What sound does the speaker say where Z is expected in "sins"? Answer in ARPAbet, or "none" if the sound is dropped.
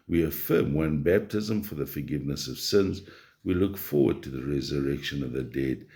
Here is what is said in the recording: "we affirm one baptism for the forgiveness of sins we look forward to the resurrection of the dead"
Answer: Z